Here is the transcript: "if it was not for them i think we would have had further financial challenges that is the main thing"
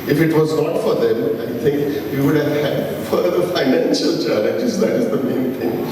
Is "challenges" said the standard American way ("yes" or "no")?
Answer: no